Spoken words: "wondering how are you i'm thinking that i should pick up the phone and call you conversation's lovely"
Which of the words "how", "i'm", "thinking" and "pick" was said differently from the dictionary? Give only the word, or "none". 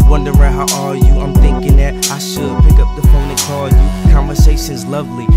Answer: none